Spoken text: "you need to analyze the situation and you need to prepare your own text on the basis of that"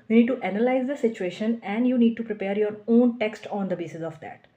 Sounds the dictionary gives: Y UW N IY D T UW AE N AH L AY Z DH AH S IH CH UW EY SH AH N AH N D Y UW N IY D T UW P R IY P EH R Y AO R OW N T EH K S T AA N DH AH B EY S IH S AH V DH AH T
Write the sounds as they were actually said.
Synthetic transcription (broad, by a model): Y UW N IY D T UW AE N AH L AY Z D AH S IH CH UW EY SH AH N AH N D Y UW N IY D T UW P R IY P EH R Y AO R OW N T EH K S T AA N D AH B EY S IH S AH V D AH T